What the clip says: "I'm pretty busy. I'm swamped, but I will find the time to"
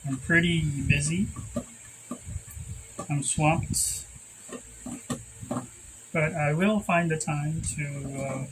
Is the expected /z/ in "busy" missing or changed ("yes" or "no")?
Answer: no